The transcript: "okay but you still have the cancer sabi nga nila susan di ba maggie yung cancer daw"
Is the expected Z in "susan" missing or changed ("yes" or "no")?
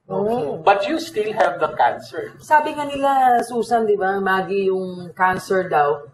yes